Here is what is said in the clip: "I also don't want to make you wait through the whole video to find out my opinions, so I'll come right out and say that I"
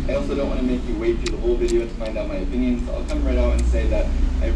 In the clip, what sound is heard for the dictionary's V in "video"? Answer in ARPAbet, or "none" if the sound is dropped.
V